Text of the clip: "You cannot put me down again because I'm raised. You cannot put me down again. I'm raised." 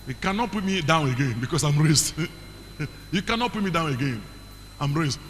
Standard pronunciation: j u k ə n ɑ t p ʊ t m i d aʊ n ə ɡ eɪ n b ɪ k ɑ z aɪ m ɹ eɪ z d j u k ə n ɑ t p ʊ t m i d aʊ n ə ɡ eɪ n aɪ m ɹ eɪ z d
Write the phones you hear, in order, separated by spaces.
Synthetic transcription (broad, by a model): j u k ə n ɑ t p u t m i d aʊ n ə ɡ eɪ n b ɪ k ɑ s aɪ m ɹ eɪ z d j u k ə n ɑ t p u t m i d aʊ n ə ɡ eɪ n aɪ m ɹ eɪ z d